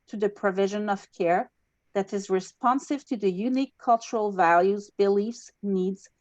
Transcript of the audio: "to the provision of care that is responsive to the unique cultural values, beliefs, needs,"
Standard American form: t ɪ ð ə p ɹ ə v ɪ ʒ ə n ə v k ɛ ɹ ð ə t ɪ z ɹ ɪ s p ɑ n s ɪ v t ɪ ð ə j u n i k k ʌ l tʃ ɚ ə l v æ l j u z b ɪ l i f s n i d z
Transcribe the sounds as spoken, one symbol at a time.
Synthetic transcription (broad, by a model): t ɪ ð ə p ɹ ə v ɪ ʒ ə n ə v k ɛ ɹ ð ə t ɪ z ɹ ɪ s p ɑ n s ɪ v t ɪ ð ə j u n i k k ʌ l tʃ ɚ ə l v æ l j u z b ɪ l i f s n i d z